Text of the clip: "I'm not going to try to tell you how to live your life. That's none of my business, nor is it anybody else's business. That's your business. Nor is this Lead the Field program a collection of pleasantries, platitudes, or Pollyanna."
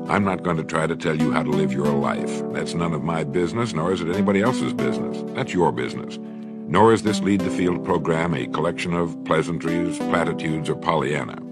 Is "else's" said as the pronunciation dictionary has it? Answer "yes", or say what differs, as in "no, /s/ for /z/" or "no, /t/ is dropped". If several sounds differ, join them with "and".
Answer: yes